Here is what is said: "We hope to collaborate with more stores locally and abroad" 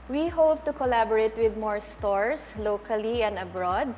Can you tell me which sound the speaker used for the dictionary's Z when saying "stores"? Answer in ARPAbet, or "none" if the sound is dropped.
S